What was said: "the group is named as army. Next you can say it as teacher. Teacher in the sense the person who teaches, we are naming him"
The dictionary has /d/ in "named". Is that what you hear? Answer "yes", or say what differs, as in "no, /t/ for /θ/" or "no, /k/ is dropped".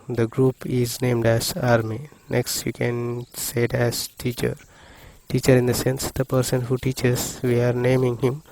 yes